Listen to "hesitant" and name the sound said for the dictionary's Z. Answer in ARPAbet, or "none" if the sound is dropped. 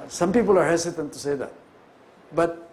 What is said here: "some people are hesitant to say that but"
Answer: S